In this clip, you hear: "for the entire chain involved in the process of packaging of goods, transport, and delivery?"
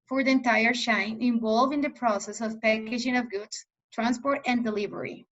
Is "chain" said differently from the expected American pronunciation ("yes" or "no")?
yes